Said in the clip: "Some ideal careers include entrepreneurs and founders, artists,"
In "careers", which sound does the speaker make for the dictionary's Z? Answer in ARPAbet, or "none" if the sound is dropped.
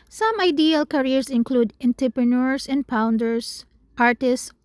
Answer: S